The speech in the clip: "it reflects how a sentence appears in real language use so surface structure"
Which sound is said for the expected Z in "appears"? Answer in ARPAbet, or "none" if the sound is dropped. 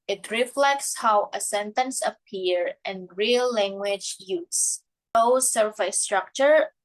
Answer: none